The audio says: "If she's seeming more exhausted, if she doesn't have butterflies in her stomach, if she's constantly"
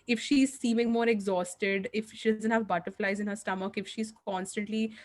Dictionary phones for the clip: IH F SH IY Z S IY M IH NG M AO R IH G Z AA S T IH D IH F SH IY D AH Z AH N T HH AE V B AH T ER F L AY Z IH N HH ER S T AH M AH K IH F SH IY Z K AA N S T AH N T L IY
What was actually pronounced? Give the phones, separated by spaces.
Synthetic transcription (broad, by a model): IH F SH IY Z S IY M IH NG M AO R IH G Z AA S T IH D IH F SH IY D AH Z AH N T HH AE V B AH T ER F L AY Z IH N HH ER S T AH M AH K IH F SH IY Z K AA N S T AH N T L IY